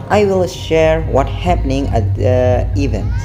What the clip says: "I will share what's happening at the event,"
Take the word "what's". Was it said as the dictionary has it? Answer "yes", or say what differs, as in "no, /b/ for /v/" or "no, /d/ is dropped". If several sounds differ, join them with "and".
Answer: no, /s/ is dropped